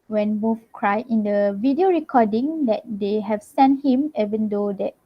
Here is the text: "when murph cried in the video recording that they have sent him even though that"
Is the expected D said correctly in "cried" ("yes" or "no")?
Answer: no